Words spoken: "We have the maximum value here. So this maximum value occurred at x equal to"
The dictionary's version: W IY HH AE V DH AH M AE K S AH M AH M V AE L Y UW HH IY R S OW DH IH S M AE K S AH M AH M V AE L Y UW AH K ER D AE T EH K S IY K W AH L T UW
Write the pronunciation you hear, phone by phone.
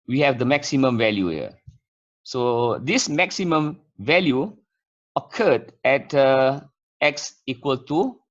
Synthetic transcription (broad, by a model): W IY HH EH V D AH M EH K S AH M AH M V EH L Y UW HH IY S OW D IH S M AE K S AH M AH M V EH L Y UW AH K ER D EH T EH K S IY K W AH L T UW